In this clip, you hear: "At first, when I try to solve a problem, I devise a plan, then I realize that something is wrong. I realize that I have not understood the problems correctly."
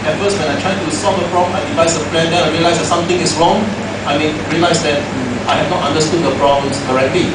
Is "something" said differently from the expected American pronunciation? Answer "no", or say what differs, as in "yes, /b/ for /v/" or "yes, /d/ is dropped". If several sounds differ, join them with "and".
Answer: yes, /t/ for /θ/